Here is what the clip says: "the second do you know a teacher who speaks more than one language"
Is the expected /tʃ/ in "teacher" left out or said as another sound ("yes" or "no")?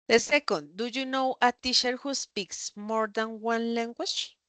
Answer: yes